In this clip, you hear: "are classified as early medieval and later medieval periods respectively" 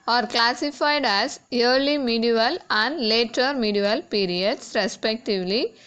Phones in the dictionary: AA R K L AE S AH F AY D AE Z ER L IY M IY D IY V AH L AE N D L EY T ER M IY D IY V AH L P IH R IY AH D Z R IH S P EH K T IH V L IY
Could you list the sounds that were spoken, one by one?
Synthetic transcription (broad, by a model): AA R K L AE S AH F AY D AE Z ER L IY M IY D IY V AH L AE N D L EY T ER M IY D IY V AH L P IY R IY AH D S R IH S P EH K T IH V L IY